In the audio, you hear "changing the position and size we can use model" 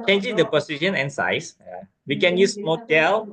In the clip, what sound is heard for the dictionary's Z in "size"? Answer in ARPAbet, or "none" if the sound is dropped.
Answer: S